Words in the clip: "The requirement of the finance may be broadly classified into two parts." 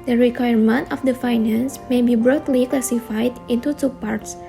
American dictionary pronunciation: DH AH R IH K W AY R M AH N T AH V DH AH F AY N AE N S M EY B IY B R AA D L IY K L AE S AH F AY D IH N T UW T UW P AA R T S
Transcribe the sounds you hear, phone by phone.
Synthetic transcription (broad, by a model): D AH R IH K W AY R M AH N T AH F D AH F AY N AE N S M EY B IY B R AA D L IY K L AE S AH F AY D IH N T UW T UW P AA R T S